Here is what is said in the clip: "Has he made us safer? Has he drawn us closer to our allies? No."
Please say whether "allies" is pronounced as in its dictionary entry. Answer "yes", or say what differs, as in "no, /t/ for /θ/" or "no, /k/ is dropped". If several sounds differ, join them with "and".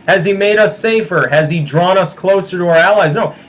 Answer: yes